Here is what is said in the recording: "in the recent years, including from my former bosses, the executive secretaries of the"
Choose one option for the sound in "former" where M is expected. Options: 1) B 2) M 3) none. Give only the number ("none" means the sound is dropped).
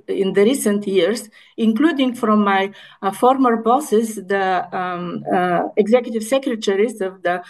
2